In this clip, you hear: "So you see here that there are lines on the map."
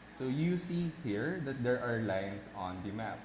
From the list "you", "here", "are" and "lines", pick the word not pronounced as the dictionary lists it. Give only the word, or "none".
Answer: lines